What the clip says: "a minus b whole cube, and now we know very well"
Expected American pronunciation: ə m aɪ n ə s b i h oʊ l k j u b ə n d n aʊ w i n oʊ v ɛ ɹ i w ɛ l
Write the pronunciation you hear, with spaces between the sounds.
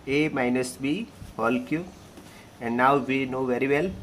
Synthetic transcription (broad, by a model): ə m aɪ n ə s b i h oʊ l k j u ə n d n aʊ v i n oʊ v ɛ ɹ i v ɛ l